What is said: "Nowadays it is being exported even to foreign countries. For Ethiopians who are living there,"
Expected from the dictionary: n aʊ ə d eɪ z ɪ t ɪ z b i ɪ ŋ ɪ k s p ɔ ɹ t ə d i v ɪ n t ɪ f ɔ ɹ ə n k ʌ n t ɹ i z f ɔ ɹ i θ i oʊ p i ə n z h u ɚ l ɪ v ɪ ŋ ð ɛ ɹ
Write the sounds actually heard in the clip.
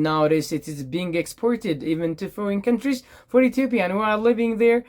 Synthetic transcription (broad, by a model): n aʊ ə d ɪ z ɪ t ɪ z b i ɪ ŋ ɪ k s p ɔ ɹ t ə d i v ɪ n t ɪ f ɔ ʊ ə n k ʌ n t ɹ i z f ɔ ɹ i t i p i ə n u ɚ l ɪ v ɪ ŋ ð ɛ ɹ